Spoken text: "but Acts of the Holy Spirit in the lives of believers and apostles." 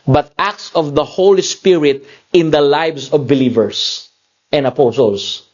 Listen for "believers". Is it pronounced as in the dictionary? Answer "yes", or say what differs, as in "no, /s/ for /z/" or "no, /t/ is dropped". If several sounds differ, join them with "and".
no, /s/ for /z/